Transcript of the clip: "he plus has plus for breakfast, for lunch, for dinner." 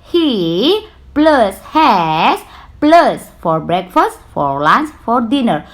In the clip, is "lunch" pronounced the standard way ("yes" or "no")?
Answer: no